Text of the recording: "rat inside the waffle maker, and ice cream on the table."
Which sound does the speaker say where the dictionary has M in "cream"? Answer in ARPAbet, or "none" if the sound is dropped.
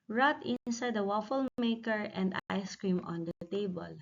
M